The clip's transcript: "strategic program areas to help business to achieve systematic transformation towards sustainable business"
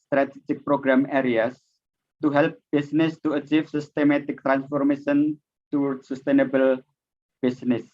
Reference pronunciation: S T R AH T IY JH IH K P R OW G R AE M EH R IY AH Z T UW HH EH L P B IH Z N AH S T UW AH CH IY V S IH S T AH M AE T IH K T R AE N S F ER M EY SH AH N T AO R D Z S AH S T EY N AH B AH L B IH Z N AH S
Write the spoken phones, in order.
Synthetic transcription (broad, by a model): S T R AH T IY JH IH K P R OW G R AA M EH R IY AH S T UW HH EH L P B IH S N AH S T UW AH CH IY F S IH S T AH M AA T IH K T R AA N S F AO M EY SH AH N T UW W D S AH S T EY N AH B AH L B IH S N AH S